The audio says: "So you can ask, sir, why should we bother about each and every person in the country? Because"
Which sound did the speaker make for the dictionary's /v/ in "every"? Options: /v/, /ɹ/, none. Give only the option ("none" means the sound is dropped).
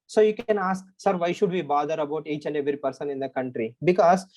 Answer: none